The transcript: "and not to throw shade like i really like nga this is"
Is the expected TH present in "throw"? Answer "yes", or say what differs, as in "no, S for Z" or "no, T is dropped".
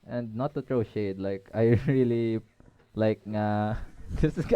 no, T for TH